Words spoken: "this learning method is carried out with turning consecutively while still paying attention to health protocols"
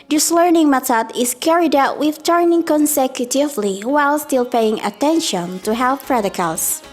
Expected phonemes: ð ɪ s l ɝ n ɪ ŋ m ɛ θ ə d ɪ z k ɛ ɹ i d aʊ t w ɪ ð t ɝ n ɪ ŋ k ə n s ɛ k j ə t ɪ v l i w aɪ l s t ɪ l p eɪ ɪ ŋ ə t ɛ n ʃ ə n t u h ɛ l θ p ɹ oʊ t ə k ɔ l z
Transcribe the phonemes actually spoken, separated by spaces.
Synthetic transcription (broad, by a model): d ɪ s l ɝ n ɪ ŋ m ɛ t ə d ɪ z k ɛ ɹ i d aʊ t w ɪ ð t ɝ n ɪ ŋ k ə n s ɛ k j ə t ɪ v l i w aɪ l s t ɪ l p eɪ ɪ ŋ ə t ɛ n ʃ ə n t u h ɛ l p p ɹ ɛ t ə k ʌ l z